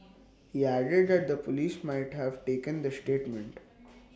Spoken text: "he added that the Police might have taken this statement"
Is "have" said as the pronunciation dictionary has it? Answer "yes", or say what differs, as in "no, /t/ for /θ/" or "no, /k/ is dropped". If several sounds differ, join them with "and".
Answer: yes